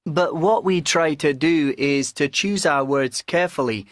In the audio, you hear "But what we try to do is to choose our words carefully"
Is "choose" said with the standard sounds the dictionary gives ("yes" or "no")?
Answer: yes